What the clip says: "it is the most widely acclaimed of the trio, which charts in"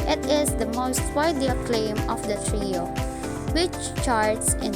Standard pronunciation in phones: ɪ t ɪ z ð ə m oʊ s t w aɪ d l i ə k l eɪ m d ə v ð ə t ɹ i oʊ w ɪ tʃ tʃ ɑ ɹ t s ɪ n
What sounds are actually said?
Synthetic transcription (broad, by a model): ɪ t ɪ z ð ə m oʊ s t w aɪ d i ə k l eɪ m ə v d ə t ɹ i oʊ w ɪ tʃ tʃ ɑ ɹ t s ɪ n